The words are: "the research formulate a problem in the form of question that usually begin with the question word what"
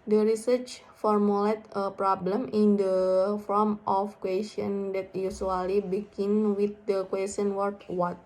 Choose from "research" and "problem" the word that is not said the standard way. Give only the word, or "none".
none